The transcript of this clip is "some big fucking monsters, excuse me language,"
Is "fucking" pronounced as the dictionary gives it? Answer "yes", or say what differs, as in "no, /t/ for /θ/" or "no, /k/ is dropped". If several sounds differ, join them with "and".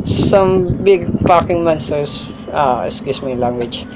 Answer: no, /p/ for /f/